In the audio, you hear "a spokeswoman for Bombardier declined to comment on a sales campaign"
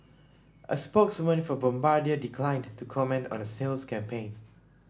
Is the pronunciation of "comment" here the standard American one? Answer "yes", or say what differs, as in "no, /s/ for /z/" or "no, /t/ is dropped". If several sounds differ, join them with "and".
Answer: yes